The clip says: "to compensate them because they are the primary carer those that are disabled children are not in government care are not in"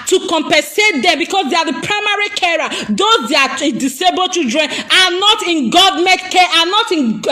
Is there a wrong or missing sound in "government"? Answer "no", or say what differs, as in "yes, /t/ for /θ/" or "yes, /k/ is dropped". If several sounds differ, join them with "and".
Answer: yes, /n/ is dropped